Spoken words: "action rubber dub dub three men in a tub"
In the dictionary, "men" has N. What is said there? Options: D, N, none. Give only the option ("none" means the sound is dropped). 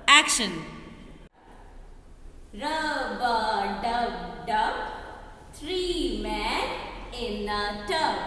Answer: none